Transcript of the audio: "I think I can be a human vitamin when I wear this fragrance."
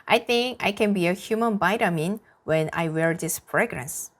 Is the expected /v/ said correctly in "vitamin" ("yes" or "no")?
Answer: no